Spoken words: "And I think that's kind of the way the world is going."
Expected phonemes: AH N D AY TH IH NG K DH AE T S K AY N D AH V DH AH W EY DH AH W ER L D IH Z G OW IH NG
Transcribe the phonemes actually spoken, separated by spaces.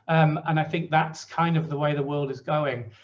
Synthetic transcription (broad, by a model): AH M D AY TH IH NG K DH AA T S K AY N D AH V DH AH W EY DH AH W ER L D IH Z G OW IH NG